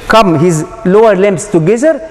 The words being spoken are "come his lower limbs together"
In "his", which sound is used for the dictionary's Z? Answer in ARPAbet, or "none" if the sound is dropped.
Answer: Z